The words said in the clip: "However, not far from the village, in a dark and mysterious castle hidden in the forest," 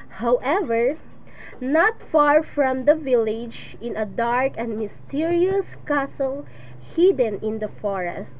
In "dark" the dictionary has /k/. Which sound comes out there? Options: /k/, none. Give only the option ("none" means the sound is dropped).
/k/